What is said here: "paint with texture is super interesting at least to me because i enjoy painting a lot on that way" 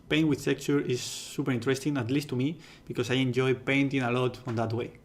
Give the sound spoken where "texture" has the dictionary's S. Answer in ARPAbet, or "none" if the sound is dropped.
none